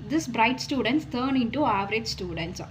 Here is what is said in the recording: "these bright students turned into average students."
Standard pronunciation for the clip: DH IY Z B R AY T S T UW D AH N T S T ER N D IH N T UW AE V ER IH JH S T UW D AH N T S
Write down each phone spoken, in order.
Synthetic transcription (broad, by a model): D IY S B R AY T S T UW D AH N T S T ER N IH N T UW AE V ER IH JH S T UW D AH N T S